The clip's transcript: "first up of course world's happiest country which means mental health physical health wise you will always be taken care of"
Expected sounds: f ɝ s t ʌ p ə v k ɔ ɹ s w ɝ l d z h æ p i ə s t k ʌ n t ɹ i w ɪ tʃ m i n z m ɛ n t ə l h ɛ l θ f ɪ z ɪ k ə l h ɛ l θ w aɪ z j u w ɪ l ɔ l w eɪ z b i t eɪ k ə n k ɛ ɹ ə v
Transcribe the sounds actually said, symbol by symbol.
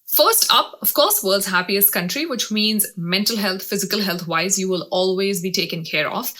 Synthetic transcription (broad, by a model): f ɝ s t ʌ p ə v k ɔ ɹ s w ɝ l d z h æ p i ə s t k ʌ n t ɹ i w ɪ tʃ m i n z m ɛ n t ə l h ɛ l t f ɪ z ɪ k ə l h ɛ l t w aɪ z j u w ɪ l ɔ l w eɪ z b i t eɪ k ə n k ɛ ɹ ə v